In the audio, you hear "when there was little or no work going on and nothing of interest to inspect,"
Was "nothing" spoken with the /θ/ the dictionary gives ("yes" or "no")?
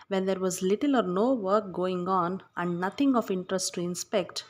no